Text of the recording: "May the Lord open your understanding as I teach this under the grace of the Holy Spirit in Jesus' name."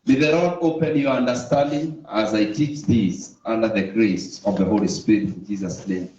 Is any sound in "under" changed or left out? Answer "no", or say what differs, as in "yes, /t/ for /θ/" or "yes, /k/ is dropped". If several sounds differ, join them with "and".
no